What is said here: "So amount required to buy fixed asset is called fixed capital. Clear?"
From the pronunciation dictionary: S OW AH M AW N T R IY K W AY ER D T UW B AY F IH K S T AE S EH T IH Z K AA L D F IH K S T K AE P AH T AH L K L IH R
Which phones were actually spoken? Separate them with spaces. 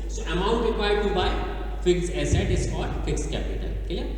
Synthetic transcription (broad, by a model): S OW AH M AW N T R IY K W AY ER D T UW B AY F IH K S EH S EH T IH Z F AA D F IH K S K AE P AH T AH L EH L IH